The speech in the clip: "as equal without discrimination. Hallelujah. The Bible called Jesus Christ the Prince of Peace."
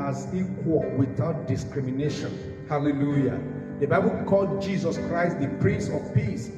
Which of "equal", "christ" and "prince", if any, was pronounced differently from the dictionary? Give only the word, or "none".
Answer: prince